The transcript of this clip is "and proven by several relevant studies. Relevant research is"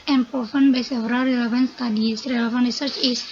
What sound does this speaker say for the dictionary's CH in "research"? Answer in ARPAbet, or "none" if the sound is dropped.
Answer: CH